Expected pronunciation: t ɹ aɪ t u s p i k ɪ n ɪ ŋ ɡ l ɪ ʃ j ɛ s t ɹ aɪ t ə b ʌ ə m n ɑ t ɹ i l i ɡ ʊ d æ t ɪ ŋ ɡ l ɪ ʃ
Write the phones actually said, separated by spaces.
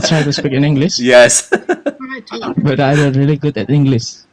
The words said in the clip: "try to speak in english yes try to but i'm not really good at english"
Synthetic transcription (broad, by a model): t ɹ aɪ t u s p i k ɪ n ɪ ŋ ɡ l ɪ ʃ j ɛ s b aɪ t ə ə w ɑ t ɹ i l i ɡ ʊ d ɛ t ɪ ŋ ɡ l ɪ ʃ